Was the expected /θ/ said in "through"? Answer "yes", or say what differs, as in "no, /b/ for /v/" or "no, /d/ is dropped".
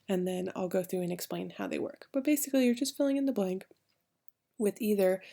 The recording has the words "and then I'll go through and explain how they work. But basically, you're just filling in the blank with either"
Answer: yes